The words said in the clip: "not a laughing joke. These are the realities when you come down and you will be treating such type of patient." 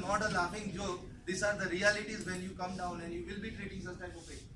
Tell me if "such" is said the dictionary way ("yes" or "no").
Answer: no